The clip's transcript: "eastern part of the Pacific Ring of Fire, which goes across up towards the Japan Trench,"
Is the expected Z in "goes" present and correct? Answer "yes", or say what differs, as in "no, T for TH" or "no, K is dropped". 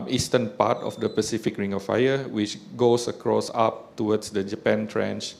no, S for Z